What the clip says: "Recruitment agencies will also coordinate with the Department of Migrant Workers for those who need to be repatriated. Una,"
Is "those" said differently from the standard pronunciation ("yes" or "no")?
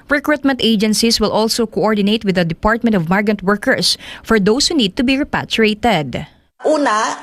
yes